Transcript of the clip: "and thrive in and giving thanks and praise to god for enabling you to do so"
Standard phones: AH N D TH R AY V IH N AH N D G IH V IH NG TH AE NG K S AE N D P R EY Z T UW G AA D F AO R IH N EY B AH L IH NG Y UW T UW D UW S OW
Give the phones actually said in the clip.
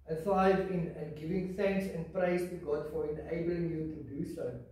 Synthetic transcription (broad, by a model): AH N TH AY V IH N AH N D G IH V IH NG TH AE NG K S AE N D P R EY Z T UW G AA D F AO R IH N EY B AH L IH NG Y UW T UW D UW S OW